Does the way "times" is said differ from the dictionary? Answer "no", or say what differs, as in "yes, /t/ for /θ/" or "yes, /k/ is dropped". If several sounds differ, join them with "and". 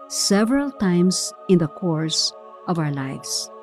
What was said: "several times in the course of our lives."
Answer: yes, /s/ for /z/